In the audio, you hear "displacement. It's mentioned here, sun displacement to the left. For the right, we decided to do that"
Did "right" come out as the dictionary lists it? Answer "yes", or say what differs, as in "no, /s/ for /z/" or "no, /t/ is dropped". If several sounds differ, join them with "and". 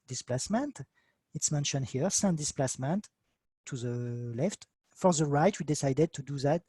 yes